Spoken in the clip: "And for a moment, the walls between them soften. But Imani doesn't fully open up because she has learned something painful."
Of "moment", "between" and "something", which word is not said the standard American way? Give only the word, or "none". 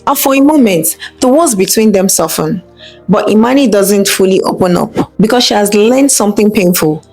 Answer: none